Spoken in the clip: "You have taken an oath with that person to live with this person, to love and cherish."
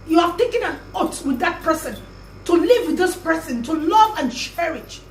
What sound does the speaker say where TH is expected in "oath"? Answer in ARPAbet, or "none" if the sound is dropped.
T